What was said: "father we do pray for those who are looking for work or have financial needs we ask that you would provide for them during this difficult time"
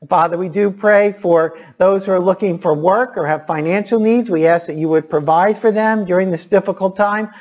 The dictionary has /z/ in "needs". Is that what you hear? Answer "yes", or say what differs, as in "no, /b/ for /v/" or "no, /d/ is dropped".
yes